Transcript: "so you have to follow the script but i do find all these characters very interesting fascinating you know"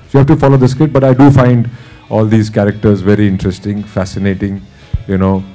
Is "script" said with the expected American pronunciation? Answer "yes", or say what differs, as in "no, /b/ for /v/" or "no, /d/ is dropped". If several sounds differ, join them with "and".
no, /p/ is dropped